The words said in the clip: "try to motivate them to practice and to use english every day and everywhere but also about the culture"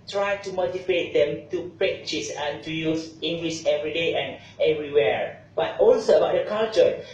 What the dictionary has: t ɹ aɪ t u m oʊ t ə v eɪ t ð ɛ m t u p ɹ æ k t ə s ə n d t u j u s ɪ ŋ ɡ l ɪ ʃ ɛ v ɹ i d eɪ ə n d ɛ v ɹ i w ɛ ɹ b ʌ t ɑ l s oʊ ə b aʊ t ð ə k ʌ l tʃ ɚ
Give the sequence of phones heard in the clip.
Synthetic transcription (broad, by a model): t ɹ aɪ t u m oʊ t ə p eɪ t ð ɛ m t u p ɹ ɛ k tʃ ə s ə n t u j u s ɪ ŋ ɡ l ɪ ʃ ɛ v ɹ i d eɪ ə n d ɛ v ɹ i w ɛ ɹ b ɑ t ɑ l s oʊ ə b aʊ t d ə k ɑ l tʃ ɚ